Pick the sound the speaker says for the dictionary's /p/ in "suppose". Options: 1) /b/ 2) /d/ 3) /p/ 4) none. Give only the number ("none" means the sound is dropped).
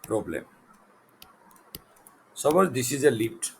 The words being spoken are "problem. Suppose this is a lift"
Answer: 1